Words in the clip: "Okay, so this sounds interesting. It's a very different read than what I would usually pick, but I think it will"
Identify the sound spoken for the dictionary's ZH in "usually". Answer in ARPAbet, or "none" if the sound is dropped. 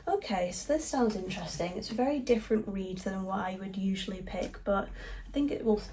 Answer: ZH